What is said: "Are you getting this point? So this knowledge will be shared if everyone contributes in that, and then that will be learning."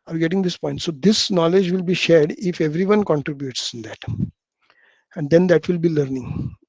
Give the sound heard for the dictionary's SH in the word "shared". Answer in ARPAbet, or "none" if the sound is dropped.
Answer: SH